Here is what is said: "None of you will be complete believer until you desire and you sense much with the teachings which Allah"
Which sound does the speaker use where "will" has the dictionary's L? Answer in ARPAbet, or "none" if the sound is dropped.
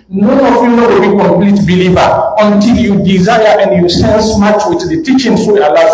W